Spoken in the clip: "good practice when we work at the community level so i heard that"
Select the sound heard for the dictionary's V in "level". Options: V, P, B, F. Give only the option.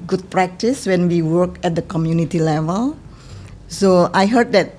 V